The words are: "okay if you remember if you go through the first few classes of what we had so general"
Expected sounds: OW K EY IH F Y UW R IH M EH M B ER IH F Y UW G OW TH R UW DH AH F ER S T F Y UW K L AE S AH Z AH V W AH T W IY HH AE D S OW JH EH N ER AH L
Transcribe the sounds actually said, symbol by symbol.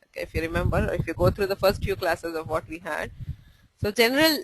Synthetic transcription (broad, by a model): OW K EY IH F Y UW R IH M EH M B ER IH F Y UW G OW T R UW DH AH F ER S T F Y UW K L AE S AH Z AH V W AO T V IY HH AE D S OW JH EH N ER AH L